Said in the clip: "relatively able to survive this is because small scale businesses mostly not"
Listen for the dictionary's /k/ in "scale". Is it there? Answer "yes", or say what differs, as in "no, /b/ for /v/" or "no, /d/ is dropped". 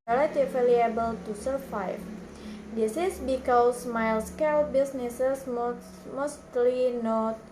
yes